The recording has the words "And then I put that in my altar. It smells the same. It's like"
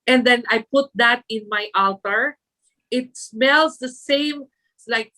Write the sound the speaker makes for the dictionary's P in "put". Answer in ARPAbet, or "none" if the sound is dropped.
P